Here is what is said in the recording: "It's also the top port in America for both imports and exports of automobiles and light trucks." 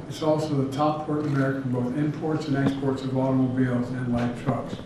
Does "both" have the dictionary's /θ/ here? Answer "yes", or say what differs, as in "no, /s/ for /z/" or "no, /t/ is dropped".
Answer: yes